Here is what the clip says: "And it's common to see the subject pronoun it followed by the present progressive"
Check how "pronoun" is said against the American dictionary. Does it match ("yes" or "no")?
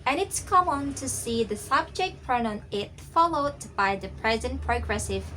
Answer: no